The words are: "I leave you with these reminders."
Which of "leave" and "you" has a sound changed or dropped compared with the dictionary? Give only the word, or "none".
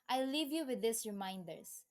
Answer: none